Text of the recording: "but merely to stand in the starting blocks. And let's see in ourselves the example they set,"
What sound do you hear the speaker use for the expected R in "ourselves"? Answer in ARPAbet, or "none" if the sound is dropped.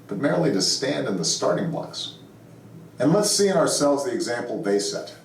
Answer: R